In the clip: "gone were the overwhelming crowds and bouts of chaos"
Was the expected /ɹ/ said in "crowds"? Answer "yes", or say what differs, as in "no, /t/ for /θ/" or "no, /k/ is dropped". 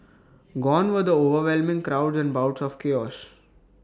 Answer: yes